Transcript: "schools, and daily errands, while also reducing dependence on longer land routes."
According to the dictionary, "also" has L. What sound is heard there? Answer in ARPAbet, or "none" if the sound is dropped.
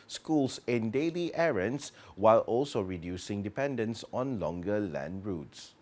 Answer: L